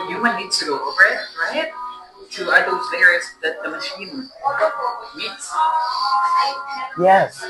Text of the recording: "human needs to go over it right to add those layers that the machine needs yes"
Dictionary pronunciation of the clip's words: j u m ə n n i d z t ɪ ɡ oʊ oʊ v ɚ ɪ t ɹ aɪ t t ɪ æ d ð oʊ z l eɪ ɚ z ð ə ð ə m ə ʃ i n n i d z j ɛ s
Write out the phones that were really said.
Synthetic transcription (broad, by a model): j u m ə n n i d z t ɪ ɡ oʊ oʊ b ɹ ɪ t ɹ aɪ t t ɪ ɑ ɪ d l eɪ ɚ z ð ə ð ə m ə ʃ i n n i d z j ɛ s